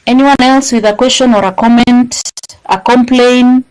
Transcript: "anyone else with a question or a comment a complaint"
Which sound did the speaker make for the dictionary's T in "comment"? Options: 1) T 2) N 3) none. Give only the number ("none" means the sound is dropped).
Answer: 1